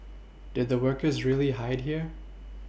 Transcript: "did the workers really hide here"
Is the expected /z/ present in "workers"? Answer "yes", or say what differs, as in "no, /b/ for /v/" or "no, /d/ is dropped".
yes